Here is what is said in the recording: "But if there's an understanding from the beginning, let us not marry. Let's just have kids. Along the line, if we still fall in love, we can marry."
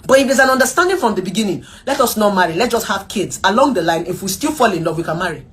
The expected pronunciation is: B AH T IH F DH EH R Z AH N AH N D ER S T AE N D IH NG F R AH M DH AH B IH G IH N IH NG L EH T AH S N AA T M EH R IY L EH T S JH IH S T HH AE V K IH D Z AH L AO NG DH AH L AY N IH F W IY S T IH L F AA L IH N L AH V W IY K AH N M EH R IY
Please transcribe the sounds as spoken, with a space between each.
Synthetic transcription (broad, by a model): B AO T IH F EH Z AH N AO N D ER S T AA N D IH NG F R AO M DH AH B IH G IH N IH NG L EH T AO S N AA T M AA R IY L EH T JH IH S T HH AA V K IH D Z AH L AO NG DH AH L AY N IH F W IY S T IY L F AA L IH N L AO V W IY K AH N M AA R IY